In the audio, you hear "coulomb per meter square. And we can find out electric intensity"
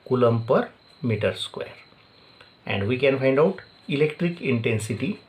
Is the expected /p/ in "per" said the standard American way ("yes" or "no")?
yes